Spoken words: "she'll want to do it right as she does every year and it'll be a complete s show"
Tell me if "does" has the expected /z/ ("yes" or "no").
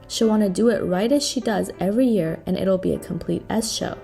yes